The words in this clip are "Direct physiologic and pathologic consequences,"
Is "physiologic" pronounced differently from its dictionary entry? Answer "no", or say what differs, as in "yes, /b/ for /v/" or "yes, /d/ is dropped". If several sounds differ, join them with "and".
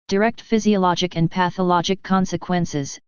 no